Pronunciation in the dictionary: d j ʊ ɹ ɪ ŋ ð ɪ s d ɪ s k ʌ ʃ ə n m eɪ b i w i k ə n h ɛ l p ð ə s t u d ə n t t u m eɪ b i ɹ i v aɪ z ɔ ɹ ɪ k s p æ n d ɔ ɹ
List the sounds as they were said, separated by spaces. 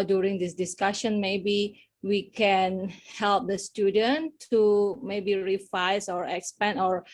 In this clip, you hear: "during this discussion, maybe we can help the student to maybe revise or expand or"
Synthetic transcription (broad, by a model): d j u ɹ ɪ ŋ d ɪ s d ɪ s k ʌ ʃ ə n m eɪ b i w i k ə n h ɛ l p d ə s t u d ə n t t u m eɪ b i ɹ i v aɪ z ɔ ɹ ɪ k s p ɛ n ɔ ɹ